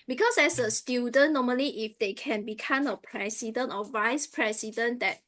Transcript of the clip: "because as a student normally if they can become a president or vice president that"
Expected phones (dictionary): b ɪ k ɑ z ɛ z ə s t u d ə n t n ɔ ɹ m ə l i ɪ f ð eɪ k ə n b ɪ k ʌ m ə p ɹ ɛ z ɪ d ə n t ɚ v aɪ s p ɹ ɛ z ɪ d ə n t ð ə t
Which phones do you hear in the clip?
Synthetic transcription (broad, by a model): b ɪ k ɑ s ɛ s ə s t u d ə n n ɔ m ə l i ɪ f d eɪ k ə n b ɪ k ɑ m ə p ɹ ɛ s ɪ d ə n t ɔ v aɪ s p ɹ ɛ s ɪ d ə n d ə t